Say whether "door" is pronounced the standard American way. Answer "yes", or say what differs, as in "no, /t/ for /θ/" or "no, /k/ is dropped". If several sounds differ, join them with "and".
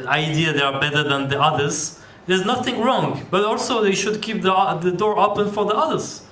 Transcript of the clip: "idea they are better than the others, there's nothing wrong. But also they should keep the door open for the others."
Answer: yes